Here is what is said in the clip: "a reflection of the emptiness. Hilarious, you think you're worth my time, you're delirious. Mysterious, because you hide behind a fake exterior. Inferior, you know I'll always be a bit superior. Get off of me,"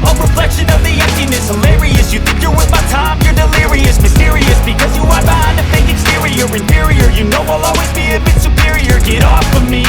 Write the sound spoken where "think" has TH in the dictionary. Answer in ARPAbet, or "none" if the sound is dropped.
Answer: TH